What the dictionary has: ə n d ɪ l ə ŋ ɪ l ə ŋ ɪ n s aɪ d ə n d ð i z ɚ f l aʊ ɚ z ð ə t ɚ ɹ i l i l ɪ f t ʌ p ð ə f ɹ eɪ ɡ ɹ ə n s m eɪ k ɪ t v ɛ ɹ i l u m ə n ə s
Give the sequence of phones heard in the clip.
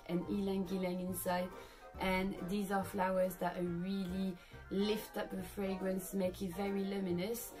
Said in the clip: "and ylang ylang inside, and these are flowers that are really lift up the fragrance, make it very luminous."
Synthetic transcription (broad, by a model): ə n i l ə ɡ ɪ l ə ŋ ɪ n s aɪ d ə n ð i z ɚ f l aʊ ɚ z ð ə t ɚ ɹ i l i l ɪ f t ʌ p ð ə f ɹ eɪ ɡ ɹ ə n s m eɪ k ɪ t v ɛ ɹ i l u m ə n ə s